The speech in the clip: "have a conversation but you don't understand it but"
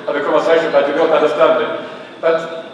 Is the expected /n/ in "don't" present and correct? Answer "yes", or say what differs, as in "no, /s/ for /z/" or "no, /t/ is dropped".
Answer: no, /l/ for /n/